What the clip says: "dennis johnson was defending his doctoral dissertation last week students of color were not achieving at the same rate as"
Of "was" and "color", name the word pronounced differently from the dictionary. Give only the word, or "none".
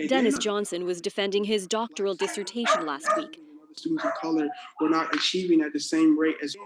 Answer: none